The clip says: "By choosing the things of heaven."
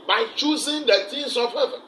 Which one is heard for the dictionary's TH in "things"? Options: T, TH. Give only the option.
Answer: T